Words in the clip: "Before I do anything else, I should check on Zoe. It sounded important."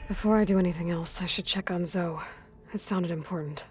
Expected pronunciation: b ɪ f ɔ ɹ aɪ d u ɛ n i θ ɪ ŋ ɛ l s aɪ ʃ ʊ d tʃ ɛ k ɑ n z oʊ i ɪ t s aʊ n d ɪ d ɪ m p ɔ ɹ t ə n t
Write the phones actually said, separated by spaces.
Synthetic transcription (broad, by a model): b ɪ f ɔ ɹ aɪ d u ɛ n i θ ɪ ŋ ɛ l s aɪ ʃ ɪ d tʃ ɛ k n z oʊ i ɪ t s aʊ n d ɪ d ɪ m p ɔ ɹ t n t